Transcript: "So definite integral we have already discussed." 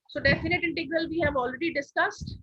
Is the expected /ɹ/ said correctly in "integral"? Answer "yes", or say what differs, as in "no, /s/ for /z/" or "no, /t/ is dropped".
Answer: yes